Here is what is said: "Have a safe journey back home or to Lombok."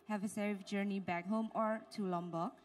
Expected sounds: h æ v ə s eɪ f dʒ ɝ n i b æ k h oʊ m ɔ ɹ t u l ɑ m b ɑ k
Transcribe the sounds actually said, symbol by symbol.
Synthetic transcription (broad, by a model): h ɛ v ə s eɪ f dʒ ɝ n i b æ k h oʊ m ɔ ɹ t u l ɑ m b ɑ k